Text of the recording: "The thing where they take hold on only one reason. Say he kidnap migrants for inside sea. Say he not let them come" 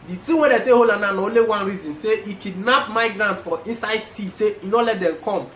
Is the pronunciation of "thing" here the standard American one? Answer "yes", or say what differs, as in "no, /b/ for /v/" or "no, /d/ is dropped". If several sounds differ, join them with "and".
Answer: no, /t/ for /θ/